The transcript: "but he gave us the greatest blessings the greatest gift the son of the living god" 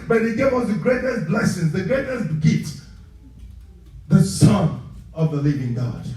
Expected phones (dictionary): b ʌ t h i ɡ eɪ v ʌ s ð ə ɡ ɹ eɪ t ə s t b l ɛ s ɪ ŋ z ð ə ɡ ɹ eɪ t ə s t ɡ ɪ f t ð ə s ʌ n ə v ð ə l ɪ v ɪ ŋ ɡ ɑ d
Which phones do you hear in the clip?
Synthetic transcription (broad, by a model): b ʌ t h i ɡ eɪ v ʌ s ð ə ɡ ɹ eɪ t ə s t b l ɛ s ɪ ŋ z ð ə ɡ ɹ eɪ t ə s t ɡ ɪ t ð ə s ʌ n ə v ð ə l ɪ v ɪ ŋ ɡ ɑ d